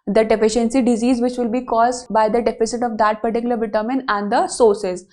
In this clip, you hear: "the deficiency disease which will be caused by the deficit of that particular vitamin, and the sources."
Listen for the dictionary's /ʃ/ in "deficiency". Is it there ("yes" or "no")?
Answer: yes